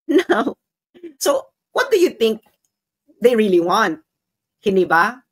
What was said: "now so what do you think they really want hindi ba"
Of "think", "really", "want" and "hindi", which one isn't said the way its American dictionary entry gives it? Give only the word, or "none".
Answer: none